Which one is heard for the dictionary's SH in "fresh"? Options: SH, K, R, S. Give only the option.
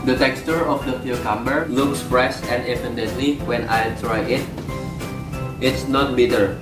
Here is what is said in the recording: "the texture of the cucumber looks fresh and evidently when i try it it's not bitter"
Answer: S